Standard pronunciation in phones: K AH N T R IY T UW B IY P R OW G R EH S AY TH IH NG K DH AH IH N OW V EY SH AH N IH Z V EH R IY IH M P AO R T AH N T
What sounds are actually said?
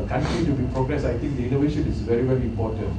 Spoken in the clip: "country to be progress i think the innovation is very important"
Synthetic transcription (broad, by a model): K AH N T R IY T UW B IY P R OW G R EH S AY T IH NG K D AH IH N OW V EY SH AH N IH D V EH R IY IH M P AO T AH N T